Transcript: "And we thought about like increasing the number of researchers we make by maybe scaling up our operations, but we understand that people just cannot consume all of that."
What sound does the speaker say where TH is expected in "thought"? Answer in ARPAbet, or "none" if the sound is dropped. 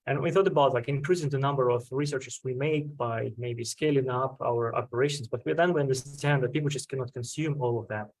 TH